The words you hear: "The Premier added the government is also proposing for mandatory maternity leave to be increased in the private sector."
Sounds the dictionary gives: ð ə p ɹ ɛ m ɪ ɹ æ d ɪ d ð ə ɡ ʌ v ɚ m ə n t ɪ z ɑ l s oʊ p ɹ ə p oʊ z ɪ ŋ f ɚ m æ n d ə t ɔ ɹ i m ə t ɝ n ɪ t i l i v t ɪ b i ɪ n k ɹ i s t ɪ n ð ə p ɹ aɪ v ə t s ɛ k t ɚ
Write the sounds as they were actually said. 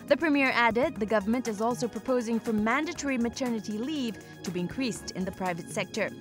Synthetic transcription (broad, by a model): ð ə p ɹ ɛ m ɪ ɹ æ d ɪ d ð ə ɡ ʌ v ɚ m ə n t ɪ z ɑ l s oʊ p ɹ ə p oʊ z ɪ ŋ f ɚ m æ n d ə t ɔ ɹ i m ə t ɝ n ɪ t i l i v t ɪ b i ɪ n k ɹ i s t ɪ n ð ə p ɹ aɪ v ə t s ɛ k t ɚ